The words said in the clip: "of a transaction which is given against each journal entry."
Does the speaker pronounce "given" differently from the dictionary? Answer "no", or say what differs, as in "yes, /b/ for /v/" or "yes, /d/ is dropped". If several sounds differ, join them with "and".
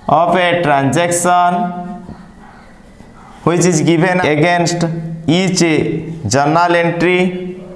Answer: yes, /b/ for /v/